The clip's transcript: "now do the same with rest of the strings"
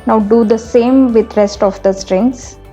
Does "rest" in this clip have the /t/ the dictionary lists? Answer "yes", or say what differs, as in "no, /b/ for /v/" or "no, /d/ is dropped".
yes